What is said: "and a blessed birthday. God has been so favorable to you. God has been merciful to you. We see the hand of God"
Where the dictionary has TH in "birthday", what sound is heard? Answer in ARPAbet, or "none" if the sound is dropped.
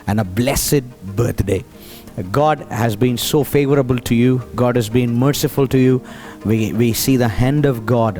T